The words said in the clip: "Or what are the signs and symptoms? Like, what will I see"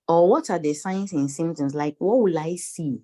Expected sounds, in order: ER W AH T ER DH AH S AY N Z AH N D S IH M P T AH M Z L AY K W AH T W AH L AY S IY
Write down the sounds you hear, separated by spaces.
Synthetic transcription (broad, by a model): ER W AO T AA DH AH S AY N S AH N S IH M T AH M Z L AY K W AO T W AH L AY S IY